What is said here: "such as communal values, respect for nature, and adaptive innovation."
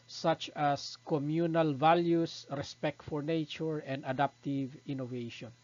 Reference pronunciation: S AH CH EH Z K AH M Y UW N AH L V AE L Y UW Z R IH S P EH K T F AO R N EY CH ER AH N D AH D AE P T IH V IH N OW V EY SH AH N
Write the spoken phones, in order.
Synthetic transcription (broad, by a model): S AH CH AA S K AH M Y UW N AH L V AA L Y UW S R IH S P EH K T F AO R N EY CH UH AH N D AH D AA P T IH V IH N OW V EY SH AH N